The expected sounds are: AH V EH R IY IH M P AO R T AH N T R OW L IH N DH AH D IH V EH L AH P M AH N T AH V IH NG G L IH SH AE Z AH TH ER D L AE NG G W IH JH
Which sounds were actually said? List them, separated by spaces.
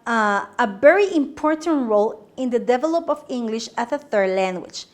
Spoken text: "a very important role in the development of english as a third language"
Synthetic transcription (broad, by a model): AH V EH R IY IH M P AO R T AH N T R OW L IH N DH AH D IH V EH L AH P AH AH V IH NG G L IH SH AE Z AH TH ER D L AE NG G W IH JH